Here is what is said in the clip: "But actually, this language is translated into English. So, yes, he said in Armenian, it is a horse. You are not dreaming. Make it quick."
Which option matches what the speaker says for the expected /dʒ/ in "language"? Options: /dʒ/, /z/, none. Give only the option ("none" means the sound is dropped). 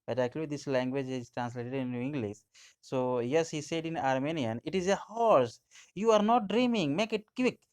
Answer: /dʒ/